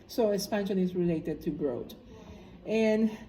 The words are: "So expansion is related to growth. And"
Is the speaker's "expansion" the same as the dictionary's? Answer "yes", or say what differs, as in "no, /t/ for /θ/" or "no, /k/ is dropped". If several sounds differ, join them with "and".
no, /k/ is dropped